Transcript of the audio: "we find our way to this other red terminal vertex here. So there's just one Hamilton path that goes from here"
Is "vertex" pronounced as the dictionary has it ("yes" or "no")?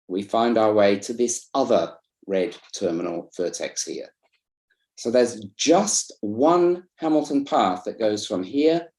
no